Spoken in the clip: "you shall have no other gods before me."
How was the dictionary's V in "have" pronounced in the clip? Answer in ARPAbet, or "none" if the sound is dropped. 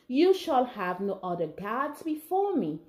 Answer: V